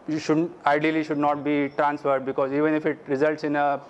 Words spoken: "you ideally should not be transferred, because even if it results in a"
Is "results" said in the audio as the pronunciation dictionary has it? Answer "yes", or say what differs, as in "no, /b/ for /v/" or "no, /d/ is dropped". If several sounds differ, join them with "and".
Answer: yes